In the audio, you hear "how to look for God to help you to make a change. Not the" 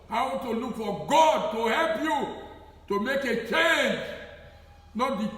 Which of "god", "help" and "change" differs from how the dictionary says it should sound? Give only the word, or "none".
none